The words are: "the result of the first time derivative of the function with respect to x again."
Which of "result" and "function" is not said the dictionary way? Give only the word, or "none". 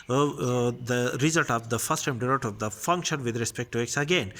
none